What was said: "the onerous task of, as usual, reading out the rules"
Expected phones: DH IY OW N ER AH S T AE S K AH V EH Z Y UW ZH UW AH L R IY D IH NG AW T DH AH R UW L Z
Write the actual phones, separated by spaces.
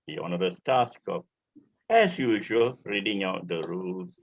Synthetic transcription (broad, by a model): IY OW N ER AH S T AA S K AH P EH S Y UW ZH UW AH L R IY D IH NG AW T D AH R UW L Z